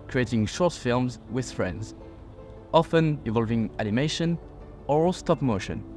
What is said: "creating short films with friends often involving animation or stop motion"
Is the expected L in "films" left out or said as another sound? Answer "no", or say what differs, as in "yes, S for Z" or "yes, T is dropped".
no